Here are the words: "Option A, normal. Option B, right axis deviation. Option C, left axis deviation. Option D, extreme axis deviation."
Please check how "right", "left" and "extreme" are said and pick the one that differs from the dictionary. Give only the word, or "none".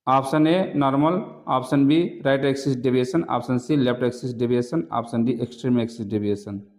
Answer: left